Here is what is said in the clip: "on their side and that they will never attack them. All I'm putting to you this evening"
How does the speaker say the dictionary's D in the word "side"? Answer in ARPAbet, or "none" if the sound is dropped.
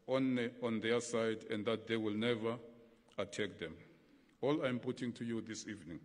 D